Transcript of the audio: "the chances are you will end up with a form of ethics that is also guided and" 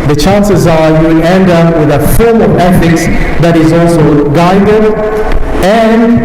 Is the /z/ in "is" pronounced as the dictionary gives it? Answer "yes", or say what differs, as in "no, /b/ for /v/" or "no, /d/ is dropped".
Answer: yes